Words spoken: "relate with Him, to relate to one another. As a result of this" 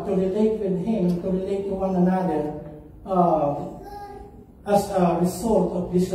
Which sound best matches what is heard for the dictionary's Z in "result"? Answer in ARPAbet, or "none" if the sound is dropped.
S